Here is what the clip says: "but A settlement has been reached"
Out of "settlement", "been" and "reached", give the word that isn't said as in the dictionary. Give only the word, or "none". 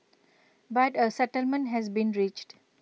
none